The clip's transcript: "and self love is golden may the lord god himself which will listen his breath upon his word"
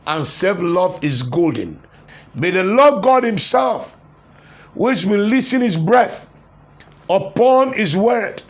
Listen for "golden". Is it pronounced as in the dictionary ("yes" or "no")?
yes